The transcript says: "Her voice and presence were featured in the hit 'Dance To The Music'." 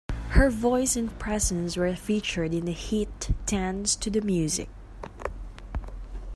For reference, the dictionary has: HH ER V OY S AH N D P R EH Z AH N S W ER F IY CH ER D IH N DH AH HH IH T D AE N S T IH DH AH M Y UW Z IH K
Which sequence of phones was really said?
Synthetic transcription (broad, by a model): HH ER V OY S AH N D P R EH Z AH N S W ER F IY CH ER D IH N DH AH HH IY T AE N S T IH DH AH M Y UW Z IH K